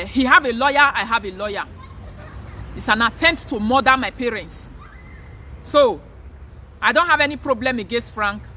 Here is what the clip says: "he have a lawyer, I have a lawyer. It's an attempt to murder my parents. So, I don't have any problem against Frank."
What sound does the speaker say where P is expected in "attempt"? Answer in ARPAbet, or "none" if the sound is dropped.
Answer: P